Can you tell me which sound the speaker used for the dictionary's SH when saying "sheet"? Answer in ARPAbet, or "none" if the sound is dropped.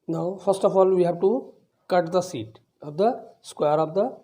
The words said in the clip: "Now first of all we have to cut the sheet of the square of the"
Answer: S